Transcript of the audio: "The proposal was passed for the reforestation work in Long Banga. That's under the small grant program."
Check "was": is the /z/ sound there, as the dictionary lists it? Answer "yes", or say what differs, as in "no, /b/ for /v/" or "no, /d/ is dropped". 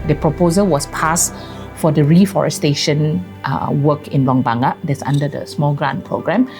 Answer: no, /s/ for /z/